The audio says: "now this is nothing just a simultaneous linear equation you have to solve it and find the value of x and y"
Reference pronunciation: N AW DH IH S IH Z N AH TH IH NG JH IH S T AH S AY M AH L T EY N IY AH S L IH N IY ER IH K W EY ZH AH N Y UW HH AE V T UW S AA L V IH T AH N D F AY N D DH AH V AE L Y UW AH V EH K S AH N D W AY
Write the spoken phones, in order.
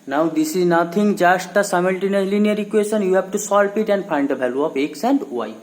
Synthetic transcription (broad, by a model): N AW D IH S IH Z N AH T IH NG JH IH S T AH S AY M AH L T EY N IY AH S L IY N IY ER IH K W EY SH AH N Y UW HH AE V T UW S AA L P IH T AH N D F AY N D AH B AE L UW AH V EH K S AH N D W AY